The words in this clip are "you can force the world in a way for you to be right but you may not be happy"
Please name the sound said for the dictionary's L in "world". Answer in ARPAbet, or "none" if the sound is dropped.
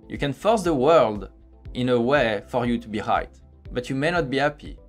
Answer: L